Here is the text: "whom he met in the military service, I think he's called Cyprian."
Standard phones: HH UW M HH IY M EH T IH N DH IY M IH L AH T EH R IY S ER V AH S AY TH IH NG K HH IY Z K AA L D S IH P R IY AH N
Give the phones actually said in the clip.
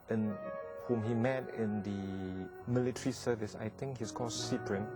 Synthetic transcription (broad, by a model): HH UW M HH IY M EH T IH N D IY M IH L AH T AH R IY S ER V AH S AY T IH NG K HH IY S K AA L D S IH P R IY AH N